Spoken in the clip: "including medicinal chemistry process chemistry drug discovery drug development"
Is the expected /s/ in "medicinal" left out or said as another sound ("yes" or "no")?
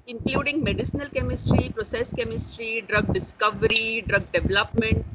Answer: no